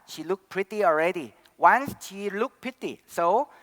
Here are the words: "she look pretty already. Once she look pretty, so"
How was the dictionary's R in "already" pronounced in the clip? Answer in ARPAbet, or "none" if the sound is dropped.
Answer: R